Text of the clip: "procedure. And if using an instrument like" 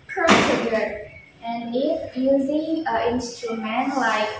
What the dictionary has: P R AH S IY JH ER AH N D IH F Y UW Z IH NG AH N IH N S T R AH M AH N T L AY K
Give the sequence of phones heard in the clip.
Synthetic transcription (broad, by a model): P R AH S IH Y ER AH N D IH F Y UW Z IH NG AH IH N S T AH M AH N L AY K